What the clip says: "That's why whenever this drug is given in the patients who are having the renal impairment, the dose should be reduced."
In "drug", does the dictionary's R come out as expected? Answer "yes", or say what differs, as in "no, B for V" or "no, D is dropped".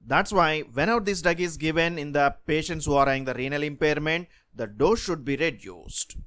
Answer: no, R is dropped